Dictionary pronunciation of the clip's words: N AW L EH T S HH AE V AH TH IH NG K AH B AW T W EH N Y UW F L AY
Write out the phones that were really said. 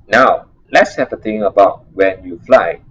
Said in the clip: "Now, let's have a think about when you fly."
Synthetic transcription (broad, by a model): N AW L EH T S HH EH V AH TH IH NG AH B AW T W EH N Y UW F L AY